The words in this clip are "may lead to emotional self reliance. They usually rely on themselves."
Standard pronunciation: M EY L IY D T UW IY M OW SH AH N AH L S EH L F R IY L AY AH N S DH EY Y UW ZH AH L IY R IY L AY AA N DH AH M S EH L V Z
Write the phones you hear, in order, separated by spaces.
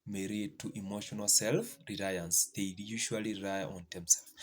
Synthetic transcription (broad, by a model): M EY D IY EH T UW IY M OW SH AH N AH L S EH L F R IY L AY AH N S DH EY Y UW SH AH IY L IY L AY AA N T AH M S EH L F